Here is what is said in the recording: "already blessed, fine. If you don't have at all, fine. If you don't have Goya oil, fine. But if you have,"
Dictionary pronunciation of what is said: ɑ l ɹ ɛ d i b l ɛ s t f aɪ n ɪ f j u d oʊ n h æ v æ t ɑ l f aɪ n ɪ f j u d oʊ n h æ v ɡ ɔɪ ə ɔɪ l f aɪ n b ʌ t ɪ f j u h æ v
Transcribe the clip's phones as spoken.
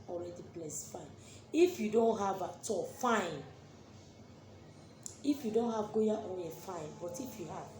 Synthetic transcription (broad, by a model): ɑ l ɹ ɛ d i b l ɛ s f aɪ n ɪ f j u d oʊ n h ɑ v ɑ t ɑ f aɪ n ɪ f j u d oʊ n h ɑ v ɡ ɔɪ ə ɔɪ n f aɪ n b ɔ t ɪ f j u h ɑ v